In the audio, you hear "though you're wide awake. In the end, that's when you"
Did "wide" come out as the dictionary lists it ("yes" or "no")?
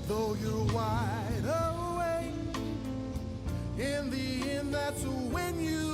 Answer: yes